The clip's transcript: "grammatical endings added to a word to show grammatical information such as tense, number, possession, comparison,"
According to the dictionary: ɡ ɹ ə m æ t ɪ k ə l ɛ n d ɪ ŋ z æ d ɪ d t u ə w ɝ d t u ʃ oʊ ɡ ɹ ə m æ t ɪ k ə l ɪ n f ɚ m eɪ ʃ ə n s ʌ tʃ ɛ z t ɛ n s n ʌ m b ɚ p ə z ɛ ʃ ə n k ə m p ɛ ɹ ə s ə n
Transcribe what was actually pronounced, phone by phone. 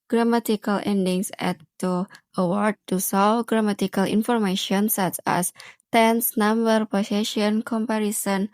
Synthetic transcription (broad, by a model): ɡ ɹ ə m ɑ t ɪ k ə l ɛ n d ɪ ŋ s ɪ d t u ə w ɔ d t u s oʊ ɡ ɹ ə m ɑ t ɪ k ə l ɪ n f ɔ m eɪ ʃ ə n s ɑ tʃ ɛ s t ɛ n s n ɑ m b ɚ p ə s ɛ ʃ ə n k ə m p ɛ ɹ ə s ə n